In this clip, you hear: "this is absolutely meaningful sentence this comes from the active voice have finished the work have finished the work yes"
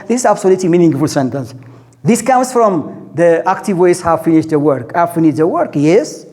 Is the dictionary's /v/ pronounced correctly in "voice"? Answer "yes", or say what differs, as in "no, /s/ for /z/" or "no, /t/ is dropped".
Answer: no, /w/ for /v/